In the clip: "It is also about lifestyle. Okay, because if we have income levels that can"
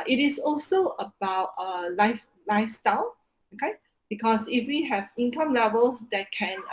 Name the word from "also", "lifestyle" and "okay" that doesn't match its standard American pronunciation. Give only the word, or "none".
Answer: none